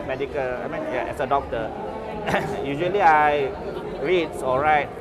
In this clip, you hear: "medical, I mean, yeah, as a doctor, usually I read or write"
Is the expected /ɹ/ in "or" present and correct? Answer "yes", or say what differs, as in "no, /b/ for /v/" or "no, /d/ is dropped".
no, /l/ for /ɹ/